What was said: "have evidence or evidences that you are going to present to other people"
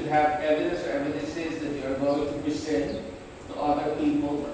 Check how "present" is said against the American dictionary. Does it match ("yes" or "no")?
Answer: no